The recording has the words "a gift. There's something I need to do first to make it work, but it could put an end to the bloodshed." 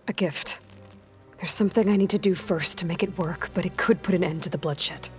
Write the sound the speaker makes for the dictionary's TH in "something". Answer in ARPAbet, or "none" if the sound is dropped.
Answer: TH